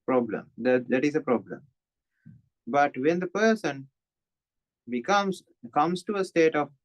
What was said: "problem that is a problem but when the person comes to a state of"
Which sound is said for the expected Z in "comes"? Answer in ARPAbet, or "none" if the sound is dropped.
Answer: S